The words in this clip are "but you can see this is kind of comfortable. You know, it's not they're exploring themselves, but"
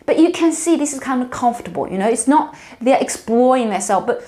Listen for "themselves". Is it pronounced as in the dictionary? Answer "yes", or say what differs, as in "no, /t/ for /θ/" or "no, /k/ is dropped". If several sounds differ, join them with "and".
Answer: no, /m/ is dropped